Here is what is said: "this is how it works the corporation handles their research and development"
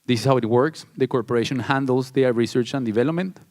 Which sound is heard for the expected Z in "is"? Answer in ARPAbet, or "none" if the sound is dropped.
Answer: S